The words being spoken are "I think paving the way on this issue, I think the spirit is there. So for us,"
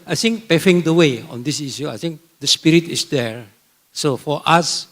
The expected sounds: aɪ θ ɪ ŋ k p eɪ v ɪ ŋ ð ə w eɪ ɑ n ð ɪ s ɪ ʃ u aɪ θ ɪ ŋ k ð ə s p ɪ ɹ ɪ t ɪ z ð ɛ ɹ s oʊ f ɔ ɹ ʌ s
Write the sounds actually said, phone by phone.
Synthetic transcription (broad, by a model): aɪ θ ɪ ŋ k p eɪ f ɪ ŋ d ə w eɪ ɑ n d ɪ s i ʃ u aɪ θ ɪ ŋ k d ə s p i ɹ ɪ t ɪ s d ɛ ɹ s oʊ f ɔ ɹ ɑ s